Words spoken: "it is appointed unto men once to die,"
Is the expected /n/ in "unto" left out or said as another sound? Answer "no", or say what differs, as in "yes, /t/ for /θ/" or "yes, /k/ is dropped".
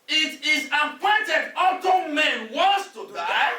yes, /n/ is dropped